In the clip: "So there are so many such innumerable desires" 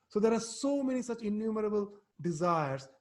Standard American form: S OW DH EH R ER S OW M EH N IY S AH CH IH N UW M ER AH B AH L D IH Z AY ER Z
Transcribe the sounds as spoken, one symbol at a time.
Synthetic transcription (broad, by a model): S OW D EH R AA S OW M EH N IY S AH CH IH N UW M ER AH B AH L D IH Z AY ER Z